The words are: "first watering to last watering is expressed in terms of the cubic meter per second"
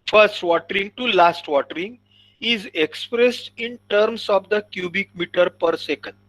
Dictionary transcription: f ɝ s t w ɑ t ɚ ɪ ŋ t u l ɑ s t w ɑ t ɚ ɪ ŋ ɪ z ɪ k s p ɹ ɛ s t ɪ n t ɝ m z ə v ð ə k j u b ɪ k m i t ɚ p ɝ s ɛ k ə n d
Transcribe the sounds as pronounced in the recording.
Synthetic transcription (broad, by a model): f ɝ s t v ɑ t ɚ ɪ ŋ t u l ɑ s t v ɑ t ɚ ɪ ŋ ɪ z ɪ k s p ɹ ɛ s t ɪ n t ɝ m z ə v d ə k j u b ɪ k m i t ɚ p ɝ s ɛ k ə n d